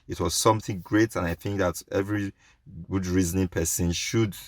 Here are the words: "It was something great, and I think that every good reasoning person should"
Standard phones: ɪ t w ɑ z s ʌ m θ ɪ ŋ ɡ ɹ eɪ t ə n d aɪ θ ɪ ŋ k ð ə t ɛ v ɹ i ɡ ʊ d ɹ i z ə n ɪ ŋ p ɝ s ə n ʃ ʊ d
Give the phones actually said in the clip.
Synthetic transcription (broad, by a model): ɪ t w ɑ z s ʌ m θ ɪ ŋ ɡ ɹ eɪ t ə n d aɪ θ ɪ ŋ k ð ə t ɛ v ɹ i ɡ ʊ d ɹ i z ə n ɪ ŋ p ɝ s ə n ʃ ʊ d